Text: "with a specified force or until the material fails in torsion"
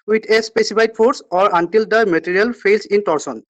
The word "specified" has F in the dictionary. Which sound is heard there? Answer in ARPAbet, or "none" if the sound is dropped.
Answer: P